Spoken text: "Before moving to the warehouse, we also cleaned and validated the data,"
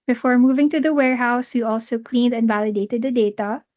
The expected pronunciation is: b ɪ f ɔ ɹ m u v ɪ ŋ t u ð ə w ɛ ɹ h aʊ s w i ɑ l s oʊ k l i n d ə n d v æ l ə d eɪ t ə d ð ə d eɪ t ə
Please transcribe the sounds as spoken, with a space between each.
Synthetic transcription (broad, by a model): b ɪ f ɔ ɹ m u v ɪ ŋ t u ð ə w ɛ ɹ h aʊ s w i ɑ l s oʊ k l i n d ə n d v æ l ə d eɪ t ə d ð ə d eɪ t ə